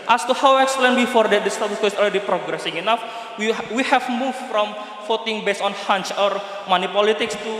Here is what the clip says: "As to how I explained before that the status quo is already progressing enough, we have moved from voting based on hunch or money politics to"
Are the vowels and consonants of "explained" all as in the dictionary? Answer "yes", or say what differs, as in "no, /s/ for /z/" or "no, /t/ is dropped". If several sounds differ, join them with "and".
no, /p/ is dropped